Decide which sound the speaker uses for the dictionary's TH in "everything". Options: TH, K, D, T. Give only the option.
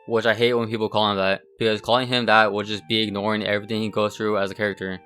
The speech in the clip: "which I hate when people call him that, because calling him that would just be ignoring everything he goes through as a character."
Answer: TH